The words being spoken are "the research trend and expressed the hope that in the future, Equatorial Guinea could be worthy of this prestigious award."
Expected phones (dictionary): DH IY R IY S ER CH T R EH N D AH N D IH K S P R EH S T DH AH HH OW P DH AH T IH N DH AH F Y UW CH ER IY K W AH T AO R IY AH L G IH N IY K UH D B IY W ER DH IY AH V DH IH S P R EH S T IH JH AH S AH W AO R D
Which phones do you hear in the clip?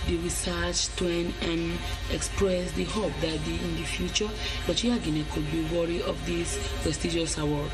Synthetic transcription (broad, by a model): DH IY R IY S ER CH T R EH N AH N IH K S P R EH S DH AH HH OW P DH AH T IH N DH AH F Y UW CH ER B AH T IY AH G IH N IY K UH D B IY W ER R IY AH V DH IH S P R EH S T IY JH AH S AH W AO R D